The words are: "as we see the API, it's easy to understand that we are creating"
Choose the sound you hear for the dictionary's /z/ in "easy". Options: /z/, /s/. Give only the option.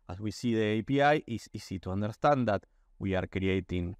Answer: /s/